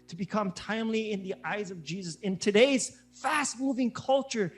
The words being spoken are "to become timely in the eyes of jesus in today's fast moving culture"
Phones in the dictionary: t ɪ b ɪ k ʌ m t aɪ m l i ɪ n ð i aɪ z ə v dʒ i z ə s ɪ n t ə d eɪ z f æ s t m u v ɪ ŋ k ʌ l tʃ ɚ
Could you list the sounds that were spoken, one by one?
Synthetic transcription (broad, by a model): t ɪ b ɪ k ʌ m t aɪ m l i ɪ n ð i aɪ z ə v dʒ i z ə s ɪ n t ə d eɪ z f æ s t m u v ɪ ŋ k ʌ l tʃ ɚ